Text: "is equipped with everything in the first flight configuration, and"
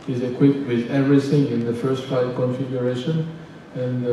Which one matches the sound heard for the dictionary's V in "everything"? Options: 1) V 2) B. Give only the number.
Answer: 1